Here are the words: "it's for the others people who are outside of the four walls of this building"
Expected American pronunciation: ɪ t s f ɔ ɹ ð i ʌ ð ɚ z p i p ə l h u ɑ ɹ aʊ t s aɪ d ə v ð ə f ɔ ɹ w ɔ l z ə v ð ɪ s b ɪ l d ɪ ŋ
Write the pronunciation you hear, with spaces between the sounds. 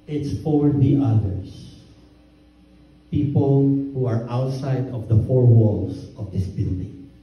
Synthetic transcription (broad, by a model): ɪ t s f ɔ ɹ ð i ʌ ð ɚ s p i p ə l h u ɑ ɹ aʊ t s aɪ d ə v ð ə f ɔ ɹ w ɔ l s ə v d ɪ s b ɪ l d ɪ ŋ